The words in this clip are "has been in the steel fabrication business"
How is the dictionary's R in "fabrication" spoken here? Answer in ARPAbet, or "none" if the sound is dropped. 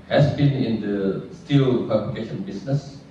L